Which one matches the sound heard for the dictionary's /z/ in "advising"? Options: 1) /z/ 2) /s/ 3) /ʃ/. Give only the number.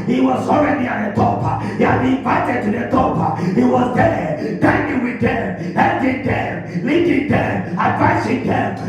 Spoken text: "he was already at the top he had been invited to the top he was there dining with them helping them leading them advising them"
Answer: 2